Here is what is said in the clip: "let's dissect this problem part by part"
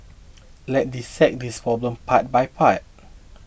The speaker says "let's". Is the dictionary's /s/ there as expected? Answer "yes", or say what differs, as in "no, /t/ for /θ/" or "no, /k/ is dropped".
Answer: no, /s/ is dropped